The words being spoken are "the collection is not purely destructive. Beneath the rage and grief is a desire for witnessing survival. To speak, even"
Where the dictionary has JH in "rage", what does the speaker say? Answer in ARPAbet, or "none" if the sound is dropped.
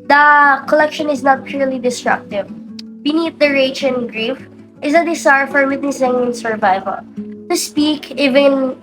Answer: CH